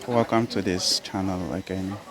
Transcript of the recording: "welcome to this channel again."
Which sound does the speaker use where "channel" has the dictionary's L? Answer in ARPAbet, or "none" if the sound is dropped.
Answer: L